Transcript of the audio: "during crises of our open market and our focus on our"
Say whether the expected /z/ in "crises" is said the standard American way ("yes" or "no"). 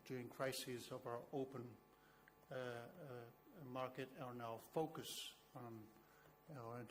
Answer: yes